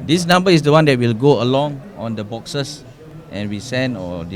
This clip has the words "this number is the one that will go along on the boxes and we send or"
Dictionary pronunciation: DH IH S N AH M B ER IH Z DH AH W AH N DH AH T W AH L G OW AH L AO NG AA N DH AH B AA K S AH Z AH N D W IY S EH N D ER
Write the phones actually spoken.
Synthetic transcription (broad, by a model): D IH S N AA M B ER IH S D AH W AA N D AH T W AH L G OW AH L AO NG AA N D AH B AA K S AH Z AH N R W IY S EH N AO